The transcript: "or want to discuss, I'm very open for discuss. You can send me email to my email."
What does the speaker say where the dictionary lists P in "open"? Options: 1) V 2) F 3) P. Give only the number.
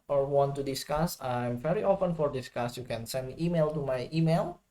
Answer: 2